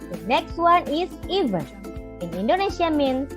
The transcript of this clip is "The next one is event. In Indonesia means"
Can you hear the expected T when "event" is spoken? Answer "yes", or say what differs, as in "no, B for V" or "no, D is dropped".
no, T is dropped